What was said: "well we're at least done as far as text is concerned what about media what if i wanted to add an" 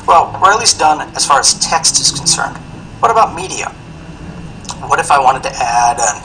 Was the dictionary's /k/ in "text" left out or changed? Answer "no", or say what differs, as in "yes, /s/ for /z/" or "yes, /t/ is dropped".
no